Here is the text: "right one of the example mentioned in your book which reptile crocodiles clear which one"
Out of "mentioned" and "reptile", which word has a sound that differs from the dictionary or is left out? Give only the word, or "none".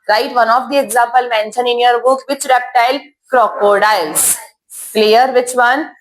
mentioned